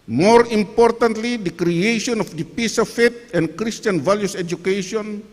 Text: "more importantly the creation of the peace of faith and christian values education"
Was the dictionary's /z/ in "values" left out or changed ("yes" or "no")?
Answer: yes